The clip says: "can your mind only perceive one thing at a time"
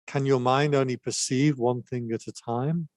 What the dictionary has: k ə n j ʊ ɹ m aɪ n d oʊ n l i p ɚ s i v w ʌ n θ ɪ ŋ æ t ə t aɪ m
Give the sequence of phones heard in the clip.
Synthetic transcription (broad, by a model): k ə n j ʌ m aɪ n d oʊ n l i p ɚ s i v w ʌ n θ ɪ ŋ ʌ t ə t aɪ m